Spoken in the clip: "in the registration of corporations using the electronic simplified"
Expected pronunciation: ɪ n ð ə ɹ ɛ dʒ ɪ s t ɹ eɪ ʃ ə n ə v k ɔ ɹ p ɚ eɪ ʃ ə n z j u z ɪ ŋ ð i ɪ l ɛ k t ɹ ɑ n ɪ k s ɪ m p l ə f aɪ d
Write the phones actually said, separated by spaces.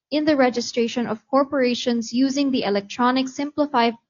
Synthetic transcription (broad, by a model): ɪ n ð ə ɹ ɛ dʒ ɪ s t ɹ eɪ ʃ ə n ə v k ɔ ɹ p ɚ eɪ ʃ ə n z j u z ɪ ŋ ð i ɪ l ɛ k t ɹ ɑ n ɪ k s ɪ m p l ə f aɪ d